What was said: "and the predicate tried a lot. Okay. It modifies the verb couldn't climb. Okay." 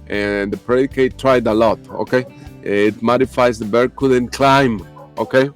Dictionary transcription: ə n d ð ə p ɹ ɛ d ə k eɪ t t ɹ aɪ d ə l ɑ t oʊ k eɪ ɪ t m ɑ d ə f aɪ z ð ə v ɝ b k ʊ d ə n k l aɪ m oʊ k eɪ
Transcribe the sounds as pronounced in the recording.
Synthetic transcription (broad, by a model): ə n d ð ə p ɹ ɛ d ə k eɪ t t ɹ aɪ d ə l ɑ t oʊ k eɪ ɪ t m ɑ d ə f aɪ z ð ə b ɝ k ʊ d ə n k l aɪ m oʊ k eɪ